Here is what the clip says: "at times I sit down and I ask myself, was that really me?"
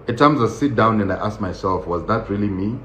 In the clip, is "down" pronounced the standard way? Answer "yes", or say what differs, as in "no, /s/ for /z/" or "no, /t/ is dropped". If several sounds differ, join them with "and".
yes